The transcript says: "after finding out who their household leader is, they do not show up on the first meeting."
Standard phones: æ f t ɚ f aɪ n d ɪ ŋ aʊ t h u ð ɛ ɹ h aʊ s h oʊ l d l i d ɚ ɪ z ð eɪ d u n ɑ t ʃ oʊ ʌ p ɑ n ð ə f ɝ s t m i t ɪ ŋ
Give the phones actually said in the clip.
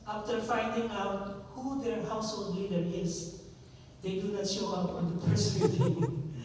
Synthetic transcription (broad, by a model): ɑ f t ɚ f aɪ n d ɪ ŋ aʊ t h u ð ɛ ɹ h aʊ s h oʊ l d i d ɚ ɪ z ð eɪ d u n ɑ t ʃ oʊ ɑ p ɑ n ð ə p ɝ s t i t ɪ